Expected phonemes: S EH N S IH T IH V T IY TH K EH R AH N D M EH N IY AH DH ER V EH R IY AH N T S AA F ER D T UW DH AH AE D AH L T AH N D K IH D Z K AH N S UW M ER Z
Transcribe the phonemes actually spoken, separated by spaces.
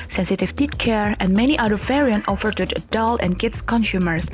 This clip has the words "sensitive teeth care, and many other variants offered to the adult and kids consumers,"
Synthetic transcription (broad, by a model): S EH N S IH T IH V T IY T K EH R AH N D M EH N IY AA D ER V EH R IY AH N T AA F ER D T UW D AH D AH L AH N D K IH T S K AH N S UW M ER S